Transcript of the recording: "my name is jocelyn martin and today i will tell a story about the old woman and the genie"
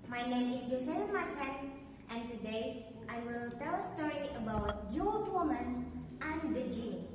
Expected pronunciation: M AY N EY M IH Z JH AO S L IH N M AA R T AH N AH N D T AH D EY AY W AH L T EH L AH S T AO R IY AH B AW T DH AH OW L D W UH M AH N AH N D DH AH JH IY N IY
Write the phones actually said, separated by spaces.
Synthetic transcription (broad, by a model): M AY N EY M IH S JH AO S IH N M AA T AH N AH N T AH D EY AY W AH L T EH L AH S T AO R IY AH B AW T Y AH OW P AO M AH N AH N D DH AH JH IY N